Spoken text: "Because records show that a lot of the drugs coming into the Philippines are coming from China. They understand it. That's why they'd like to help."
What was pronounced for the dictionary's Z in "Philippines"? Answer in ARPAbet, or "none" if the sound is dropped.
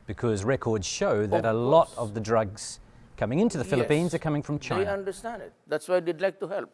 Z